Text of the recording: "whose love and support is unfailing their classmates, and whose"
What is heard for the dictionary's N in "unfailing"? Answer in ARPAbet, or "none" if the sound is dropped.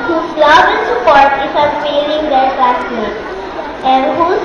none